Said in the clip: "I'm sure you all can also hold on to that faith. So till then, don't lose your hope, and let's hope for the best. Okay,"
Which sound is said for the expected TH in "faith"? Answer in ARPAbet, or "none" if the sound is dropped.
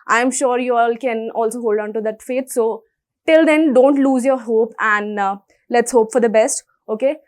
T